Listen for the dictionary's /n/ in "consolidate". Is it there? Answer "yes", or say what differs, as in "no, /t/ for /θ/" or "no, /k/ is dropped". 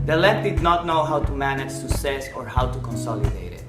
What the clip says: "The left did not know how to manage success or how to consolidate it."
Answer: yes